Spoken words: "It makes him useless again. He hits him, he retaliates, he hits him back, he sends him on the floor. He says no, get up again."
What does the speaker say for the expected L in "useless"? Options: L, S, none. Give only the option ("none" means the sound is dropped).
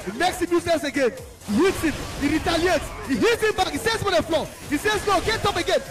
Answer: none